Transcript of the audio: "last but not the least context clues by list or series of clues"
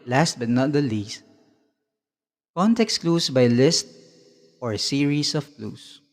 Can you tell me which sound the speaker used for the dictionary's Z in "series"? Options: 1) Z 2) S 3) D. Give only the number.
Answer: 2